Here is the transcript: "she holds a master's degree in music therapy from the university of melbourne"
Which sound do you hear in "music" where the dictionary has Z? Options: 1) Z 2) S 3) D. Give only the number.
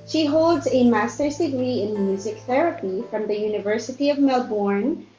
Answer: 1